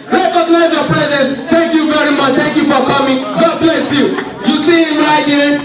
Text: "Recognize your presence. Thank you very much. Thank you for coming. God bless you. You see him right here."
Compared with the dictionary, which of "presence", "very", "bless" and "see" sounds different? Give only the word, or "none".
none